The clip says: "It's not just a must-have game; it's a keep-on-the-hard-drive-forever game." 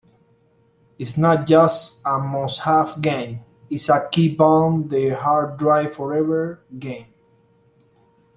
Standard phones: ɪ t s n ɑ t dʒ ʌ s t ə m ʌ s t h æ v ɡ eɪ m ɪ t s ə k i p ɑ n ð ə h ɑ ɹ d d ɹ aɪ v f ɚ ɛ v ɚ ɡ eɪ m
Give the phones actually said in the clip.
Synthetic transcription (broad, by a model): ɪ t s n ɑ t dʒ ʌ s t ə m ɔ s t h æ f ɡ eɪ m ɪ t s ə k i b ɑ n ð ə h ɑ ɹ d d ɹ aɪ f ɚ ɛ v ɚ ɡ eɪ m